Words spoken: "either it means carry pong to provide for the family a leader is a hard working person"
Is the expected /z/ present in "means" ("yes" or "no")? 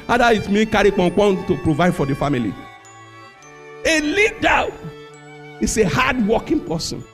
no